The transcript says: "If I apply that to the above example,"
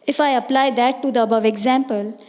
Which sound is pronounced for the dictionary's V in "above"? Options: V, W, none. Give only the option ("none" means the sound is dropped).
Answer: V